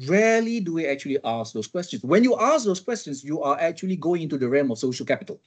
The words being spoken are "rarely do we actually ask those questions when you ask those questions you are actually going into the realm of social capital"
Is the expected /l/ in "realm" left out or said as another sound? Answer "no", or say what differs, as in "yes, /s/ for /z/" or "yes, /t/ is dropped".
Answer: yes, /l/ is dropped